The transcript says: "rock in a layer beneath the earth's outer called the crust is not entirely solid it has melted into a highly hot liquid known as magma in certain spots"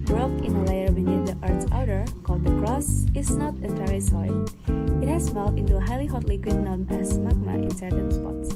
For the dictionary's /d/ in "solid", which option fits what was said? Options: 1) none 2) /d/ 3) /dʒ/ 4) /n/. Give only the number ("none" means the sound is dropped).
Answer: 1